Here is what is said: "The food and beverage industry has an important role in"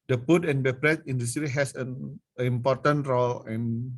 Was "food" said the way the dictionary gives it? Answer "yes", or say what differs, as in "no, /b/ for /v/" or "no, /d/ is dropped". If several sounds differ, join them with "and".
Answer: no, /p/ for /f/